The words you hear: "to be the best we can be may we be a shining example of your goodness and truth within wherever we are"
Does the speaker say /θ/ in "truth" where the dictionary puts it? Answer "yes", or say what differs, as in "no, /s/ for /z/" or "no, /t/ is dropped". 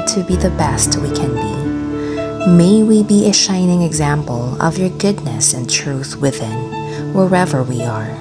yes